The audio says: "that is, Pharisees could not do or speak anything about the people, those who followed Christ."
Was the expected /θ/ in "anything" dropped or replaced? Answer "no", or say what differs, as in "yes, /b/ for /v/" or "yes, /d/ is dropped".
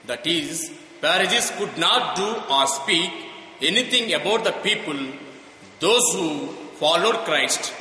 yes, /t/ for /θ/